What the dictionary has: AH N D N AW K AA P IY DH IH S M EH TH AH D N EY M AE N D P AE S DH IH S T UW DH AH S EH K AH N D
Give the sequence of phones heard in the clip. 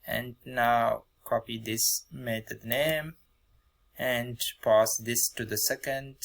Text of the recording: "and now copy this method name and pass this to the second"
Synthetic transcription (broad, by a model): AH N D N AW K AA P IY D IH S M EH T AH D N EY M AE N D P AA S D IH S T UW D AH S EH K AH N D